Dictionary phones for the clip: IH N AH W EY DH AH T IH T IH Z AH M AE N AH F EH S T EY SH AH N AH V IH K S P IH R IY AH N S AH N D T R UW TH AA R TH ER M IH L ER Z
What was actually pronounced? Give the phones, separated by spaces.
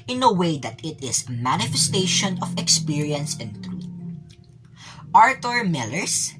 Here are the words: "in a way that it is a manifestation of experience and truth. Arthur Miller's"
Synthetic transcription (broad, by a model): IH N AH W EY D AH T IH T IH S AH M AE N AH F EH S T EY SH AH N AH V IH K S P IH R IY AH N S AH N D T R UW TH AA R T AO M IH L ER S